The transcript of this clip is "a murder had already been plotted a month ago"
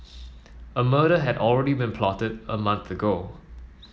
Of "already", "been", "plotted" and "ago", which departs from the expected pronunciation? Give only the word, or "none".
none